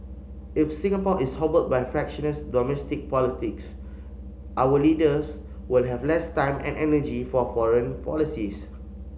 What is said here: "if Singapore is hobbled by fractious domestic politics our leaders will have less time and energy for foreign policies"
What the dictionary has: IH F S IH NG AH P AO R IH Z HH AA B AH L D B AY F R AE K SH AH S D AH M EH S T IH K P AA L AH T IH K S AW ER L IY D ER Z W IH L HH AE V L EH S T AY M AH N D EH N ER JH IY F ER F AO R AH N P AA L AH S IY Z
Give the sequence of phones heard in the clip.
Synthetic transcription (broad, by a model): IH F S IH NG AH P AO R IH S HH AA B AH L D B AY F R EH K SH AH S D AH M EH S T IH K P AA L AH T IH K S AW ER L IY D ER S W IH L HH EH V L EH S T AY M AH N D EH N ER JH IY F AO F AO R AH N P AA L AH S IY S